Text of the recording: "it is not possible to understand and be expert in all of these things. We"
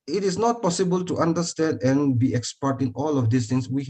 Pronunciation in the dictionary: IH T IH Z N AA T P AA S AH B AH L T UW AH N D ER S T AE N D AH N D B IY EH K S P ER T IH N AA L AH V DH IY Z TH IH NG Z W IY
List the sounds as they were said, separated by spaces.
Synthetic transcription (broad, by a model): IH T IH S N AA T P AA S AH B AH L T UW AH N D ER S T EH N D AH N B IY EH K S P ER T IH N AA L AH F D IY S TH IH NG S W IY